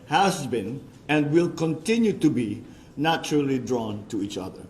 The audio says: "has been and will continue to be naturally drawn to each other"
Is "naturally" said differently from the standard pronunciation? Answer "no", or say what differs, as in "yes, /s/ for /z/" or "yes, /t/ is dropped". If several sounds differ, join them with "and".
no